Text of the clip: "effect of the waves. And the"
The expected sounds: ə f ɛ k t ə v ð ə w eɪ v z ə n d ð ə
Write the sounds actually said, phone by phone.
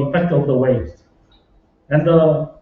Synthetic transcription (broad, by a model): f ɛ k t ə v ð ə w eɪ z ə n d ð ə